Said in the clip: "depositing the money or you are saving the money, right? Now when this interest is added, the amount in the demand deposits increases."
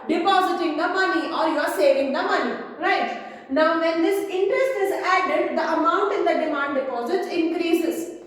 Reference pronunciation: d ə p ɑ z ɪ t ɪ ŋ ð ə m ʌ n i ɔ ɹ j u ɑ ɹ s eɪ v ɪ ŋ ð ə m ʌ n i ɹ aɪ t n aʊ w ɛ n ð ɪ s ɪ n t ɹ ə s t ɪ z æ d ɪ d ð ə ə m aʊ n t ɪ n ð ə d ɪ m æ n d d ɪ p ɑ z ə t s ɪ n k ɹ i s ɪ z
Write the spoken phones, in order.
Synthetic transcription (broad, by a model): d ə p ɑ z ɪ t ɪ ŋ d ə m ʌ n i ɔ ɹ j u ɑ ɹ s eɪ v ɪ ŋ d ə m ʌ n i ɹ aɪ t n aʊ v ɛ n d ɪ s ɪ n t ɹ ə s t ɪ z æ d ɪ d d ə ə m aʊ n t ɪ n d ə d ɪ m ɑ n d d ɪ p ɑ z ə t ɪ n k ɹ i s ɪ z